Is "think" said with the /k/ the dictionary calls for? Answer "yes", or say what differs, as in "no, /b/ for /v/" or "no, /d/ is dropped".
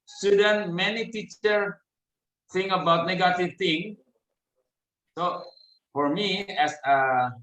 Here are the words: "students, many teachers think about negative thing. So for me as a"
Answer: no, /k/ is dropped